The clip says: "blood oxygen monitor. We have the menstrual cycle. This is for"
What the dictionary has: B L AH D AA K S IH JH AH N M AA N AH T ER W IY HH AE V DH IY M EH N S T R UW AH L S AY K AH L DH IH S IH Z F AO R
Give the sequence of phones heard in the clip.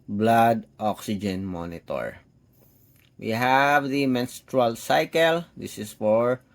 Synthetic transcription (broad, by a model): B L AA D AA K S IH JH AH N M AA N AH T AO W IY HH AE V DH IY M EH N S T R UW AH L S AY K AH L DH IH S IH S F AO R